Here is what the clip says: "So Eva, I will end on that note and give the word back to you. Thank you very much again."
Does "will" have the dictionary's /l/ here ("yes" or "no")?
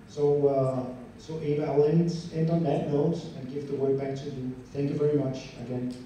no